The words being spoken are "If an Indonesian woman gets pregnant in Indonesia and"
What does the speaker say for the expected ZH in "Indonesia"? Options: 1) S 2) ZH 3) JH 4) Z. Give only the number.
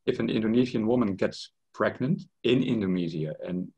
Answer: 4